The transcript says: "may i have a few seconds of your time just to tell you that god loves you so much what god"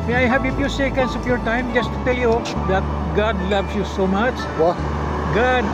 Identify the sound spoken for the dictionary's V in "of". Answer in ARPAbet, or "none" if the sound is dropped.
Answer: P